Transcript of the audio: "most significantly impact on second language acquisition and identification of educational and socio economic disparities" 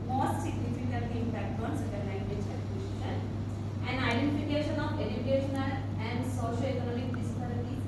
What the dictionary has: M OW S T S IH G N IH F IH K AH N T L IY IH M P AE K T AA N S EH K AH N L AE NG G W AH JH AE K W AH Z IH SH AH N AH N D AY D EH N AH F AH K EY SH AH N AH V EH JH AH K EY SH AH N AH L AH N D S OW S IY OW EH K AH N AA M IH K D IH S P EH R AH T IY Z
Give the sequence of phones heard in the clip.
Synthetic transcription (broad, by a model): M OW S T S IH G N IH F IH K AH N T IY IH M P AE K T AA N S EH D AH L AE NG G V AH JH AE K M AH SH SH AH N AH N D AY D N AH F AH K EY SH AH N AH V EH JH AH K EY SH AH N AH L AH N D S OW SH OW EH K AH N AA M IH K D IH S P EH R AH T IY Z